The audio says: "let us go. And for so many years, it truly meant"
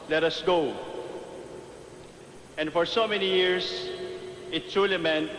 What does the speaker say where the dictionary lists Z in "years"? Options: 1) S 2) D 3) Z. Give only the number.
1